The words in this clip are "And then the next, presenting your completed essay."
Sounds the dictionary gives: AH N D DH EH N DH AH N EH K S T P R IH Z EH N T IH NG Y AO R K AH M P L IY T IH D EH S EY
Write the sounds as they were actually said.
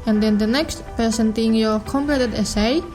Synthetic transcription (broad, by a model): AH N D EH N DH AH N EH K S T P IH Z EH N T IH NG Y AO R K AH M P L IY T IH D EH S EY